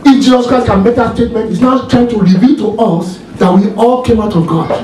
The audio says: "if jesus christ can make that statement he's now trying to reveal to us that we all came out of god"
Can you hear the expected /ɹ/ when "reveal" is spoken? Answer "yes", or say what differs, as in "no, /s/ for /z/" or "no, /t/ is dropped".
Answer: yes